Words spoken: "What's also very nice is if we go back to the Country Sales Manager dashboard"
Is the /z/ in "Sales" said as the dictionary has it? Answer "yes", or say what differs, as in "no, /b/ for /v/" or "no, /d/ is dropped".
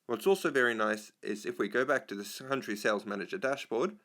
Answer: yes